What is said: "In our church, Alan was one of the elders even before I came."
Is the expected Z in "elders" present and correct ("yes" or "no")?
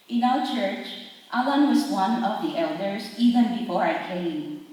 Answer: no